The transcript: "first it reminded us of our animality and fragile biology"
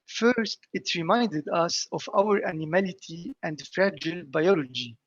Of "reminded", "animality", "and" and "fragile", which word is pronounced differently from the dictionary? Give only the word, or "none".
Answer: none